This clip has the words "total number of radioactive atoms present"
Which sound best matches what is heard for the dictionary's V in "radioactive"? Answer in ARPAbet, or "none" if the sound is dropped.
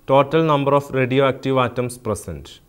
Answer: V